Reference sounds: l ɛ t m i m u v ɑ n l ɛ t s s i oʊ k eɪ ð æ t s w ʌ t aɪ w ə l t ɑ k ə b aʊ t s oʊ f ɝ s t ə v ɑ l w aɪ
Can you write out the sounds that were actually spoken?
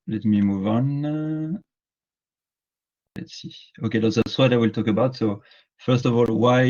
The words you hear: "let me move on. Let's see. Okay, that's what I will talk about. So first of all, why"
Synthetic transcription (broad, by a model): l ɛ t m i m u v ɑ n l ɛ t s s i oʊ k eɪ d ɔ s s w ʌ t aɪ w ə l t ɑ k ə b aʊ t s oʊ f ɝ s t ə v ɑ l w aɪ